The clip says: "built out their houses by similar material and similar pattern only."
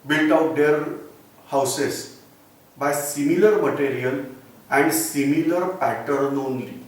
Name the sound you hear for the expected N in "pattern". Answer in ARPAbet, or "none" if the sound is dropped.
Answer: N